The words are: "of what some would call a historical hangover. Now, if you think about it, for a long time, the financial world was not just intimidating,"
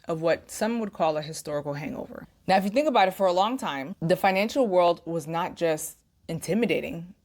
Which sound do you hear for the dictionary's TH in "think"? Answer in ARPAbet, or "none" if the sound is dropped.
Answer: TH